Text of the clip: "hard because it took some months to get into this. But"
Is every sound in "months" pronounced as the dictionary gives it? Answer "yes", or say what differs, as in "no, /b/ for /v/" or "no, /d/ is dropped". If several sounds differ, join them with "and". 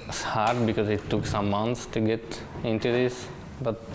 no, /t/ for /θ/